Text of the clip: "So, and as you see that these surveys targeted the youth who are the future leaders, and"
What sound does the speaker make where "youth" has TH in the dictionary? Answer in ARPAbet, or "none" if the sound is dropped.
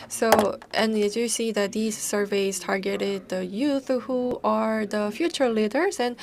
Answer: TH